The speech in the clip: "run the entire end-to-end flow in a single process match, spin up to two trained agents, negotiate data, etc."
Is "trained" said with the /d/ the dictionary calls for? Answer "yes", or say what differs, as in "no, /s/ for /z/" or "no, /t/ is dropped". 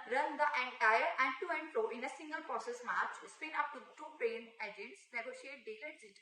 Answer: no, /d/ is dropped